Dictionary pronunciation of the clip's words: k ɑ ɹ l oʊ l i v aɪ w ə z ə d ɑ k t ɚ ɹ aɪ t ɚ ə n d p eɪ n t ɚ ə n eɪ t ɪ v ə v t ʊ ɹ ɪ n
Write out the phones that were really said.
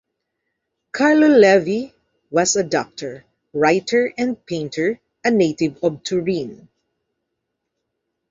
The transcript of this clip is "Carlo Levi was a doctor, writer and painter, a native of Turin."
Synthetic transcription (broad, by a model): k ɑ ɹ l oʊ l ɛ v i w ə s ə d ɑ k t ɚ ɹ aɪ t ɚ ə n d p eɪ n t ɚ ə n eɪ t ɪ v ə b t ʊ ɹ ɪ n